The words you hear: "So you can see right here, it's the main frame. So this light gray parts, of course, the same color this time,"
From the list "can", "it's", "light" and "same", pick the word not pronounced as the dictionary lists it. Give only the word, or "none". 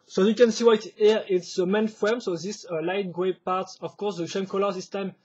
same